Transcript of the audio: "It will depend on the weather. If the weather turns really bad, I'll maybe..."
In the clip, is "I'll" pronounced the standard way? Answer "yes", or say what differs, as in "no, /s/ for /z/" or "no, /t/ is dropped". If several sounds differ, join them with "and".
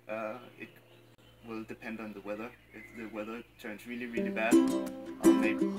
no, /n/ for /l/